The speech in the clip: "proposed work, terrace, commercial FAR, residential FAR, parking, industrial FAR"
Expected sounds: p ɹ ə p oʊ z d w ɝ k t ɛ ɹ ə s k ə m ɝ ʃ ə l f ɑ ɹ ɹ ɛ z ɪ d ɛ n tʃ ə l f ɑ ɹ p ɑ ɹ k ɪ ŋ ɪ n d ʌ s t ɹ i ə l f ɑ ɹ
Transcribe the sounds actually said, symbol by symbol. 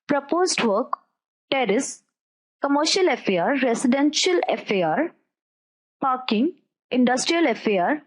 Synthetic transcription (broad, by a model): p ɹ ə p oʊ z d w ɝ k t ɛ ɹ ə s k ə m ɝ ʃ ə l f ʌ ɹ ɹ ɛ s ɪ d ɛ n ʃ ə l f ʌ ɹ p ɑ ɹ k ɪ ŋ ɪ n d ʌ s t ɹ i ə l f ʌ ɹ